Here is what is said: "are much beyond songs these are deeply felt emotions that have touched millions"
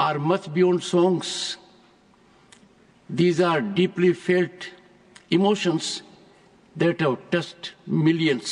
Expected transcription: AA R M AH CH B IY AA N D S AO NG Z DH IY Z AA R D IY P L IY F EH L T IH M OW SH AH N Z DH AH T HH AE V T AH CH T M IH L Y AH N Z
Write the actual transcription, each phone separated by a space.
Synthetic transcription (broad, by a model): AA R M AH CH B IY AA N D S AO NG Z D IY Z AA R D IY P L IY F EH L T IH M OW SH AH N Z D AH T HH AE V T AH S T M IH L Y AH N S